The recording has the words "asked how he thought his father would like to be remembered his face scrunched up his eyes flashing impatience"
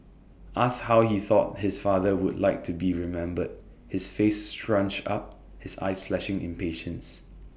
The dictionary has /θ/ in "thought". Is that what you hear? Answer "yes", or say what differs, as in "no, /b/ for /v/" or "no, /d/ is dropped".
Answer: yes